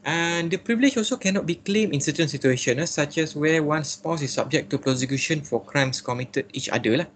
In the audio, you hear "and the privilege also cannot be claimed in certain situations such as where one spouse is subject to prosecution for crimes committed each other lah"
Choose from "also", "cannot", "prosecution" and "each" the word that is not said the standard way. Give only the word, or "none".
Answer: none